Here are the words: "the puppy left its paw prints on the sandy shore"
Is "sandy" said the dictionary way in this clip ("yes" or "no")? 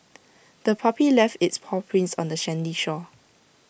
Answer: no